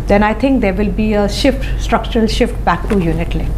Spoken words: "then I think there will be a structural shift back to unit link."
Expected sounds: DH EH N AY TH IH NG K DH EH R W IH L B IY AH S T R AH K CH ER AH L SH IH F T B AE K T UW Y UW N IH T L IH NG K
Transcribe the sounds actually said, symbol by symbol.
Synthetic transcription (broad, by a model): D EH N AY T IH NG K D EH R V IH L B IY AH S T R AH K CH ER AH L SH IH F T B AE K T UW Y UW N IH T L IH